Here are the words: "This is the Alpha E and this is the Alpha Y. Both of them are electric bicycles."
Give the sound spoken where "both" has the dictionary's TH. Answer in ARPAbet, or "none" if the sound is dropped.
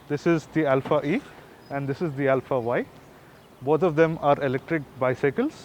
T